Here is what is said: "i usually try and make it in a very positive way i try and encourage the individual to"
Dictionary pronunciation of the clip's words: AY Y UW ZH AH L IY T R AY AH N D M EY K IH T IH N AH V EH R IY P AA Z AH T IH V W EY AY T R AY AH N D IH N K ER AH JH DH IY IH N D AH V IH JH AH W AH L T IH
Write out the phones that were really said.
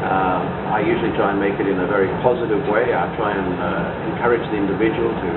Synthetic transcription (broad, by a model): AY Y UW ZH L IY T R AY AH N M EY K IH T IH N AH V EH R IY P AA Z AH T IH V W EY AY T R AY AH N IH N K ER AH JH DH IY IH N D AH V IH JH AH W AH L T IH